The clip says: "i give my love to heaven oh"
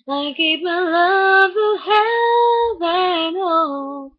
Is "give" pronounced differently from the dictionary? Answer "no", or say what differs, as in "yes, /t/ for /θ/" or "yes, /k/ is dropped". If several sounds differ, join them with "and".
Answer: yes, /p/ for /v/